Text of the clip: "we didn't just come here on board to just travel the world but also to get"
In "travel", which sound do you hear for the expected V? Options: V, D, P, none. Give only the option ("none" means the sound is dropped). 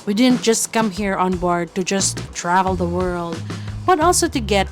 V